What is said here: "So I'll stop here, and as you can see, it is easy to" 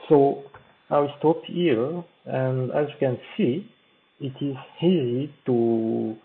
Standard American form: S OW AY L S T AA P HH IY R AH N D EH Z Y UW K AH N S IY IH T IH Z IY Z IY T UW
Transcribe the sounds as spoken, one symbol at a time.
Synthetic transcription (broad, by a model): S OW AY W S T AA P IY L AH N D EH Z Y UW K AH N S IY IH T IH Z IY Z IY T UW